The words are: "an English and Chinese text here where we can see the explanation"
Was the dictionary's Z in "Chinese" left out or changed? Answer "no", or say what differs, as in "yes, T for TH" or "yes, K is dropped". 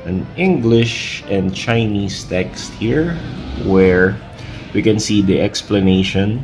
yes, S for Z